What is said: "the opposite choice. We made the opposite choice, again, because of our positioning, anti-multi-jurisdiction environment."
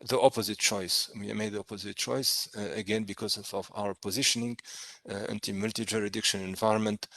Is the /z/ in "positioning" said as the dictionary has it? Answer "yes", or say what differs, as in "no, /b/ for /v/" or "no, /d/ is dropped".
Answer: yes